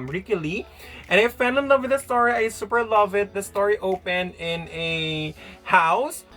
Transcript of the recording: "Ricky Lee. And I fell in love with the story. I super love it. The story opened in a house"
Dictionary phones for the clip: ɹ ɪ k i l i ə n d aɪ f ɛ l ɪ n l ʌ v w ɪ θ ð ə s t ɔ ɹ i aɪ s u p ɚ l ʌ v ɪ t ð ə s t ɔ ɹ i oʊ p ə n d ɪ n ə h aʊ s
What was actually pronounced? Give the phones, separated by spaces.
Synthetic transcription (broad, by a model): ɹ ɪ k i l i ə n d aɪ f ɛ n ɪ n l ʌ v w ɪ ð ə s t ɔ ɹ i aɪ s u p ɚ l ʌ v ɪ t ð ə s t ɔ ɹ i oʊ p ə n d ɪ n ə h aʊ s